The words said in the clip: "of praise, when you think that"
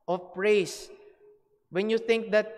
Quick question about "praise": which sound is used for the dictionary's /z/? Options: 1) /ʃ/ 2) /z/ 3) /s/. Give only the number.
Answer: 3